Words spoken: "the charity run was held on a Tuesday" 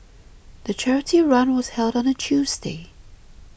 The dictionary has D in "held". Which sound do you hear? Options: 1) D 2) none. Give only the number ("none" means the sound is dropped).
1